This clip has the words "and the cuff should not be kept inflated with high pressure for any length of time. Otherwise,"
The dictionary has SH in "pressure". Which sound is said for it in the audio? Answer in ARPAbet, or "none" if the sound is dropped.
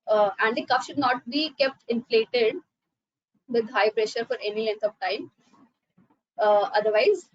SH